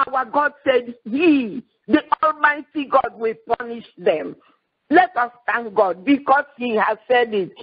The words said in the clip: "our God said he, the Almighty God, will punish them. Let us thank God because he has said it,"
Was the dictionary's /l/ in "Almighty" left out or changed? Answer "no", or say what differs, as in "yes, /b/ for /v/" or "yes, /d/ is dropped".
no